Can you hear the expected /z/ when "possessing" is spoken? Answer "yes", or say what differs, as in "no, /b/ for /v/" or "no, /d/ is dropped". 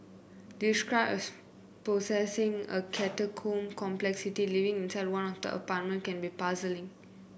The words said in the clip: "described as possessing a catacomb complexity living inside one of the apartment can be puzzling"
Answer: no, /s/ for /z/